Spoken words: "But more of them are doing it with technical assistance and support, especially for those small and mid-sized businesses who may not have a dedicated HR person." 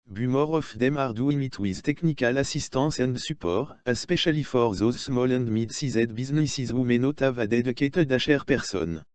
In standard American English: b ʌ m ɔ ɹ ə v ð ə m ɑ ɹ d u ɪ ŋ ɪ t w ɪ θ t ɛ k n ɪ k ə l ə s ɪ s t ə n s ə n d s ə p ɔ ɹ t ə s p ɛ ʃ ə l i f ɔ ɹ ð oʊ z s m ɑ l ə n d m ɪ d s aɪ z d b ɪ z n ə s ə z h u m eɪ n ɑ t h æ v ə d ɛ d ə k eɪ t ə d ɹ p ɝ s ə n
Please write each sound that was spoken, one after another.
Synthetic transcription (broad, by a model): b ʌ m ɔ ɹ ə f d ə m ɑ ɹ d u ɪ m ɪ t w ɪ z t ɛ k n ɪ k ə l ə s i s t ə s ə n d s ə p ɔ ɹ ə s p ɛ ʃ ə l i f ɔ ɹ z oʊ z s m ɑ l ə n d m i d s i z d b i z n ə s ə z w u m eɪ n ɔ t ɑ v ə d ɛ d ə k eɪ t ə d ɹ p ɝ s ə n